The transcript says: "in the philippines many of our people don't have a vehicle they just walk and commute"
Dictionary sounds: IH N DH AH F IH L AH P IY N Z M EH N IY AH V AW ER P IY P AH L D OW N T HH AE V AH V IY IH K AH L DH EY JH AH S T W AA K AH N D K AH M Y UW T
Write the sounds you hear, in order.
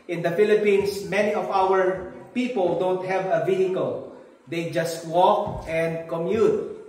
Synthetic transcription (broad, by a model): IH N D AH F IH L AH P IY N S M EH N IY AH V AW ER P IY P AH L D OW N T HH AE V AH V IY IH K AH L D EY JH AH S T W AA K AH N D K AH M Y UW T